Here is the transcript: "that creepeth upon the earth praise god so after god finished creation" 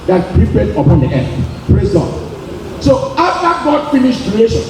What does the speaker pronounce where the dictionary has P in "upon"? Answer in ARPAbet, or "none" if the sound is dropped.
P